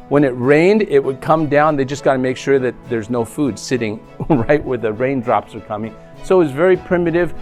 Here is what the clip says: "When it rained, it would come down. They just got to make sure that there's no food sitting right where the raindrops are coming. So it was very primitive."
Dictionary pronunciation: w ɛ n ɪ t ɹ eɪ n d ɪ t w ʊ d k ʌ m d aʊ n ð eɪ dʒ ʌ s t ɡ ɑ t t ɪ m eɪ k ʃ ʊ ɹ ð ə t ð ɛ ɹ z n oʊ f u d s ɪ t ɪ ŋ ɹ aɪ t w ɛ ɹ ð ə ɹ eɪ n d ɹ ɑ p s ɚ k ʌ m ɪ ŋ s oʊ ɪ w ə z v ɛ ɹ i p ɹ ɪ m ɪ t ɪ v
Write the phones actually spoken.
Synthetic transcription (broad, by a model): w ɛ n ɪ t ɹ eɪ n d ɪ t w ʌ d k ʌ m d aʊ n ð eɪ dʒ ʌ s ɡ ɑ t t ɪ m eɪ k ʃ ʊ ɹ ð ə t ð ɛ ɹ z n oʊ f u d s ɪ t ɪ ŋ ɹ aɪ t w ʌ ɹ ð ə ɹ eɪ n d ɹ ɑ p s ɚ k ʌ m ɪ ŋ s oʊ ɪ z v ɛ ɹ i p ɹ ɪ m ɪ t ɪ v